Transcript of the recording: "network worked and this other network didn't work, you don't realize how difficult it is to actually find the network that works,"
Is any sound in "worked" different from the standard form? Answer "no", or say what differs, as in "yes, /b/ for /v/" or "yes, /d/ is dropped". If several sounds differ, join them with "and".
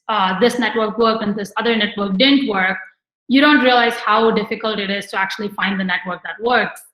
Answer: yes, /t/ is dropped